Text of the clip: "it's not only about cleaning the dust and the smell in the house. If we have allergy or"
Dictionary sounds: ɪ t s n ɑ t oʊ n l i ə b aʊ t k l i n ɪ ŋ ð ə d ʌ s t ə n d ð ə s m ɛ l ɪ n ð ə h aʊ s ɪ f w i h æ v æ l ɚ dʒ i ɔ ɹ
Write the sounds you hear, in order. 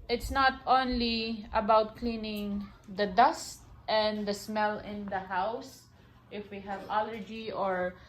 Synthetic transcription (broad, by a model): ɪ t s n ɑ t oʊ n l i ə b aʊ t k l i n ɪ ŋ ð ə d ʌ s t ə n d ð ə s m ɛ l ɪ n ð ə h aʊ s ɪ f w i h æ v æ l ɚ dʒ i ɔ ɹ